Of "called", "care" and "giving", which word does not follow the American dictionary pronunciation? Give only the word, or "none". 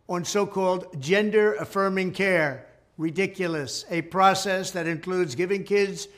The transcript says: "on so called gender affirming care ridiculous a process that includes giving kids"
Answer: none